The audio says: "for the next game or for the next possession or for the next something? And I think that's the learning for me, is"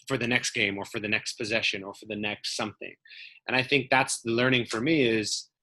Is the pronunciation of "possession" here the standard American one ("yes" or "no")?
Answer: yes